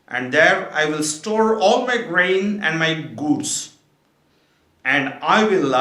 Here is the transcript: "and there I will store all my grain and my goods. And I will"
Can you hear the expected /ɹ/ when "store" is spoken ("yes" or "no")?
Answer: yes